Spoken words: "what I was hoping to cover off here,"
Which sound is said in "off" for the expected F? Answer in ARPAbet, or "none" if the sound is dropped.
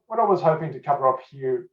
P